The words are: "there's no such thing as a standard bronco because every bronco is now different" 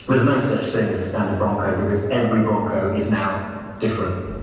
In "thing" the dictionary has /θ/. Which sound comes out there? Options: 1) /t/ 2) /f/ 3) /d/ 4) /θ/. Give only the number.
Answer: 4